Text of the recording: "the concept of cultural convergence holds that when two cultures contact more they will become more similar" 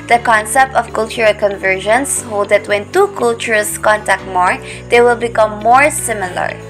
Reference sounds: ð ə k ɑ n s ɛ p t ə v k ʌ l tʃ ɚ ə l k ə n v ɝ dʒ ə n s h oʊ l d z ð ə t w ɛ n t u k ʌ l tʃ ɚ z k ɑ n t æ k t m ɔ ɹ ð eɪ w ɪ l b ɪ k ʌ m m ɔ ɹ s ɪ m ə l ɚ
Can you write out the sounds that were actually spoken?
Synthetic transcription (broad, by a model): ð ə k ɑ n s ɛ p t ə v k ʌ l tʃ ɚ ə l k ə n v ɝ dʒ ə n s h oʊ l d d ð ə t w ɛ n t u k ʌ l tʃ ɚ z k ɑ n t æ k t m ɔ ɹ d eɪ w ɪ l b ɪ k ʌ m m ɔ ɹ s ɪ m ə l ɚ